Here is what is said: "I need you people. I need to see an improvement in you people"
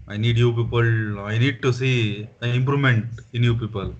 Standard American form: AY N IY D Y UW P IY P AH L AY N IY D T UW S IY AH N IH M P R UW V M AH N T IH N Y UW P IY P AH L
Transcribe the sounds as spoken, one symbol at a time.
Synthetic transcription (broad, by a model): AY N IY D Y UW P IY P AH L AY N IY D T UW S IY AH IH M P R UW M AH N T IH N Y UW P IY P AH L